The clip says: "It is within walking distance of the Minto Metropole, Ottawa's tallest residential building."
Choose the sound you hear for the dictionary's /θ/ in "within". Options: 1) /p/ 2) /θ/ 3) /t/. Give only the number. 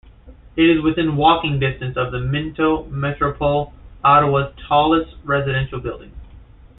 2